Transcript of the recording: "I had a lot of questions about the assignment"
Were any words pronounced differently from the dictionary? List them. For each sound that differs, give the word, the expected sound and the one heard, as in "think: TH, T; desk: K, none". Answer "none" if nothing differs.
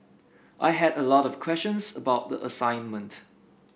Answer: none